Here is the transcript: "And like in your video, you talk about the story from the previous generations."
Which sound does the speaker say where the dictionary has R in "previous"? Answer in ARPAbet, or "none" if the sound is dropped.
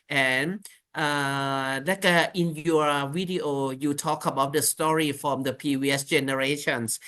none